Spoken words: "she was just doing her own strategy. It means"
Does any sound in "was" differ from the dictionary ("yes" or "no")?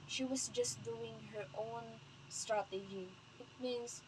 yes